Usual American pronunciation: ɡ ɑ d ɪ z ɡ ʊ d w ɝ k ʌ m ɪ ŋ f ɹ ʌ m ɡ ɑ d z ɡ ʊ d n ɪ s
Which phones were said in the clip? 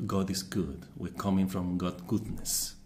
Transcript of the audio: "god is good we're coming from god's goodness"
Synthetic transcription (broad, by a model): ɡ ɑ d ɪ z ɡ ʊ d w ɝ k ʌ m ɪ ŋ f ɹ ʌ m ɡ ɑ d ɡ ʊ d n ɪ s